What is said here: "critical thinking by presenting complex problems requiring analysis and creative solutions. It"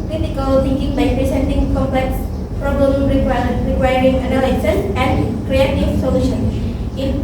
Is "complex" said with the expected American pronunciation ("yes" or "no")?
yes